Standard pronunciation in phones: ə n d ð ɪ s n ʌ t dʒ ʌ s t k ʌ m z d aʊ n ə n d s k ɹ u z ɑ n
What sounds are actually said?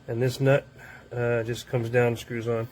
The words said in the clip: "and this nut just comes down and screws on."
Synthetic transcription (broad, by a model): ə n ð ɪ s n ʌ t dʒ ʌ s k ʌ m z d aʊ ə n s k ɹ u z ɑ n